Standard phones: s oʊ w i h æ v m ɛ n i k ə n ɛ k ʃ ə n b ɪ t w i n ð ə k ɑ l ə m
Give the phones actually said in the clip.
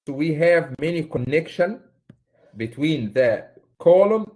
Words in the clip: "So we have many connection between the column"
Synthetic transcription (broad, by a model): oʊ w i h æ v m ɛ n i k ə n ɛ k ʃ ə n b ɪ t w i n ð ə k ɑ l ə m